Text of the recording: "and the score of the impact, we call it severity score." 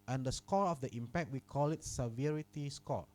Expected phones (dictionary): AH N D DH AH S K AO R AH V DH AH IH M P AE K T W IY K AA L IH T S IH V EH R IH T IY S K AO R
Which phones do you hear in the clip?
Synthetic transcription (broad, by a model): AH N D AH S K AO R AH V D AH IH M P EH K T W IY K AA L IH T S IH V EH R IH T IY S K AO